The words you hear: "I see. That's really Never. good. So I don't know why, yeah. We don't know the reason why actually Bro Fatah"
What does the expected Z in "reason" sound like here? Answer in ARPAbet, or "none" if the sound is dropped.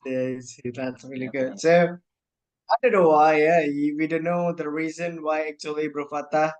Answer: Z